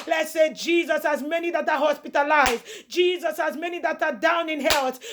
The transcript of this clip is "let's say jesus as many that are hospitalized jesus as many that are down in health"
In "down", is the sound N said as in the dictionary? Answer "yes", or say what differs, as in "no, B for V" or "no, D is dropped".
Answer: yes